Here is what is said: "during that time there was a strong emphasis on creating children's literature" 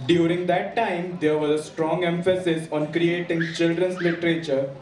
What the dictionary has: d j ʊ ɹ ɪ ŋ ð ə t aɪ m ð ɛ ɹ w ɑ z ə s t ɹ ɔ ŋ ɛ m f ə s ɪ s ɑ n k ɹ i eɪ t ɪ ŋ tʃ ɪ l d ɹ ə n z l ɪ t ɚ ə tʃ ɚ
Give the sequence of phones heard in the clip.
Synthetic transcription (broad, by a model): d j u ɹ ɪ ŋ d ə t aɪ m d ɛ ɹ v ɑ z ə s t ɹ ɔ ŋ ɛ m f ə s ɪ s ɑ n k ɹ i eɪ t ɪ ŋ tʃ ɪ l d ɹ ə n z l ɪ t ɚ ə tʃ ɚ